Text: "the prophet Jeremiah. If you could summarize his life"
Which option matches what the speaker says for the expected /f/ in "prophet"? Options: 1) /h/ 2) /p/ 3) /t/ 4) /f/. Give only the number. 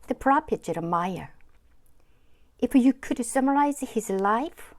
2